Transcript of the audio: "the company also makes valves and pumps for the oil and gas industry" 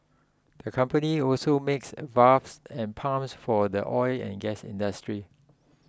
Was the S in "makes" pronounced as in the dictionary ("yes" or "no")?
yes